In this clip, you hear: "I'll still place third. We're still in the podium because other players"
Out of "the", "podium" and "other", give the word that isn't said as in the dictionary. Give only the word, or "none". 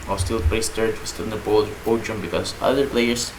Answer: podium